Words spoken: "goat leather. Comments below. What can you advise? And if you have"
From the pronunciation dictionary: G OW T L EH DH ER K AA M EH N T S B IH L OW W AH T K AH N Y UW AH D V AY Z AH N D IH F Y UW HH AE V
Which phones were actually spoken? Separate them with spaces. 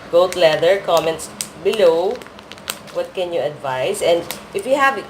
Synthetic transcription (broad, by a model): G OW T L EH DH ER K AA M EH N T S B IH L OW W AH T K AH N Y UW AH D V AY S AH N D IH F Y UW HH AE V